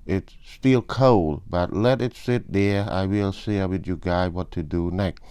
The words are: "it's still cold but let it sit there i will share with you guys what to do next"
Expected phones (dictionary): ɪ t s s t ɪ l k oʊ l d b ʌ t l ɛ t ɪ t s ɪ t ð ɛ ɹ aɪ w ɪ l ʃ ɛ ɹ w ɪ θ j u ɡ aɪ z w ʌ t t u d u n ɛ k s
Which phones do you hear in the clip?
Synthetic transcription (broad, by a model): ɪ t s s t ɪ l k oʊ l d b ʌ t l ɛ t ɪ t s ɪ t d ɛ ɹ aɪ w ɪ l s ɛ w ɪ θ j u ɡ aɪ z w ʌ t t u d u n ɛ k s